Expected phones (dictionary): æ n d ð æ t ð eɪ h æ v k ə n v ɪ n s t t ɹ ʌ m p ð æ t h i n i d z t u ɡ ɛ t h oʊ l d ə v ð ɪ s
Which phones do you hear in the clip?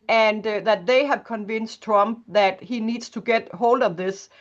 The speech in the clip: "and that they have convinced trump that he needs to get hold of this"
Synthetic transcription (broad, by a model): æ n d ð æ t ð eɪ h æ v k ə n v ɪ n s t t ɹ ʌ m p ð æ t h i n i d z t u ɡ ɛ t h oʊ l d ə v ð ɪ s